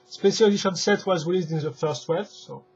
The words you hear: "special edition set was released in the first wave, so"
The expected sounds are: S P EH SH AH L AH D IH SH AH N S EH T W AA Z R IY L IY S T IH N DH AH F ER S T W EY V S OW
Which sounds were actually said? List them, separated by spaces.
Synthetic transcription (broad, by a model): S P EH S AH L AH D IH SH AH N S EH T W AA Z R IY L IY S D IH N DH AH F ER S T W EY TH S OW